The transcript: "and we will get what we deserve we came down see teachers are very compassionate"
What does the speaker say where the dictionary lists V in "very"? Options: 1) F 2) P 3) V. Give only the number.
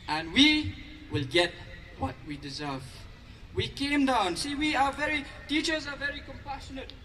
3